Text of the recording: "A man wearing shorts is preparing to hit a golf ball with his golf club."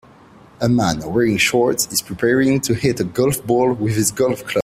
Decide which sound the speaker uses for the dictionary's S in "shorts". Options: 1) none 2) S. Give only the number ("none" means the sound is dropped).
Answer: 1